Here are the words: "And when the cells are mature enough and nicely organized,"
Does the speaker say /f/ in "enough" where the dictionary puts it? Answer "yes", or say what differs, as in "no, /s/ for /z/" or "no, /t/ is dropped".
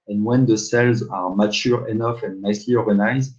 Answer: yes